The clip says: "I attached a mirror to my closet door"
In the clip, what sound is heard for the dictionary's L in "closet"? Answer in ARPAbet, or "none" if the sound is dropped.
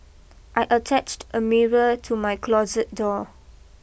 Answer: L